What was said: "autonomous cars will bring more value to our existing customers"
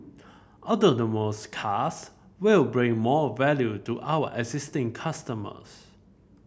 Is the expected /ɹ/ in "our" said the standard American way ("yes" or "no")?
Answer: no